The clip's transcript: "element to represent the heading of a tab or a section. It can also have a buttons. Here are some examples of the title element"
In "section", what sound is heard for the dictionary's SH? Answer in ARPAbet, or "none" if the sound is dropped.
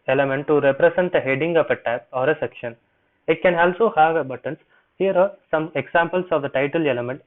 SH